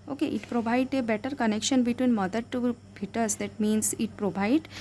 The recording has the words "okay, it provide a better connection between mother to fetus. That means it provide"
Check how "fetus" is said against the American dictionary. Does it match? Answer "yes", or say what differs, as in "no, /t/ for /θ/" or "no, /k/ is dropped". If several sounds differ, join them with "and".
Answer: no, /p/ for /f/